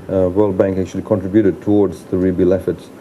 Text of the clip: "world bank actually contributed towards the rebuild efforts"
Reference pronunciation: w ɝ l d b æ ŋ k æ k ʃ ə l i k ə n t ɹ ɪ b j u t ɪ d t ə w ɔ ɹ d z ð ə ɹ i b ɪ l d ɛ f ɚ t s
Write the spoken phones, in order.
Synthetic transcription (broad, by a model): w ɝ l d b æ ŋ k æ k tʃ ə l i k ə n t ɹ ɪ b j u t ɪ d t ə w ɔ ɹ d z ð ə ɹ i b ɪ l ɛ f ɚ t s